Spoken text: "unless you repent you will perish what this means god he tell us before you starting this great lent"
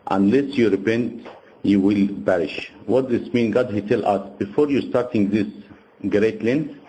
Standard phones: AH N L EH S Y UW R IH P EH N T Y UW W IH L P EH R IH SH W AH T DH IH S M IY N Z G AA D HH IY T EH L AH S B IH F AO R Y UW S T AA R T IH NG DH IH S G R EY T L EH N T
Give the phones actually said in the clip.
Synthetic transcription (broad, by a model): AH N L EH S Y UW R IH P EH N T Y UW W IH L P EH R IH SH W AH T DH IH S M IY N G AA D HH IY T EH L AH S B IH F AO R Y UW S T AA R T IH NG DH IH S G R EY T L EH N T